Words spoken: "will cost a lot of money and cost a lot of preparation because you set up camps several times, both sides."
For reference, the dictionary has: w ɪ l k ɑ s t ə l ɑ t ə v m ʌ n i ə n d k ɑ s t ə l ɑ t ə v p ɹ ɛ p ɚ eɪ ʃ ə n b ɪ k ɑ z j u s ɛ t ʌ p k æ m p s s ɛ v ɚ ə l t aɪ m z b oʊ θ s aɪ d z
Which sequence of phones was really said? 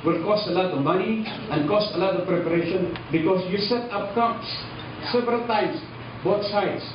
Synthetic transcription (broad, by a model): w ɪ l k ɑ s t ə l ɑ t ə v m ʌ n i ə n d k ɑ s t ə l ɑ t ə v p ɹ ɛ p ɚ eɪ ʃ ə n b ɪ k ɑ s j u s ɛ t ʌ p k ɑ p s s ɛ v ɚ ə l t aɪ m s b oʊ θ s aɪ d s